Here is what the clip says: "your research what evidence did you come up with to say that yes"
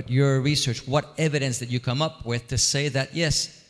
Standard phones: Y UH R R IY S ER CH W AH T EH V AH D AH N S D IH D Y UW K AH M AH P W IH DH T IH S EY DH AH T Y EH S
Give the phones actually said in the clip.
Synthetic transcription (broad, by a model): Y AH R R IY S ER CH W AH T EH V AH D AH N S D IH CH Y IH K AH M AH P W IH DH T IH S EY DH AH T Y EH S